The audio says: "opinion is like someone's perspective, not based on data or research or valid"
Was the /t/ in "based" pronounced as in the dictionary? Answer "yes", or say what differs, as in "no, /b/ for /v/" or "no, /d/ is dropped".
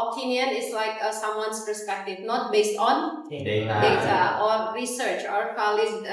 yes